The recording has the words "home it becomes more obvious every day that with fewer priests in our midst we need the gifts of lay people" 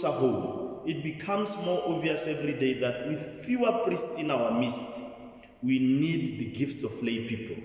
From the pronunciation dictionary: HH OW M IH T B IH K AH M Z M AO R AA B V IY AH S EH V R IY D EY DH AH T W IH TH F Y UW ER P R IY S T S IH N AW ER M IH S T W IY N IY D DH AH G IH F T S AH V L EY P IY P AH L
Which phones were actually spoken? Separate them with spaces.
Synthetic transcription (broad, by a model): HH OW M IH T B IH K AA M S M AO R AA V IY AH S EH V R IY D EY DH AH T W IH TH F Y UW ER P R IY S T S IH N AW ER M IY S T W IY N IY D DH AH G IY F T S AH F L EY P IY P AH L